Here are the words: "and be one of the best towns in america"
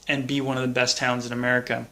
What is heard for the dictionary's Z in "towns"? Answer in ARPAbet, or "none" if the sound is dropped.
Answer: Z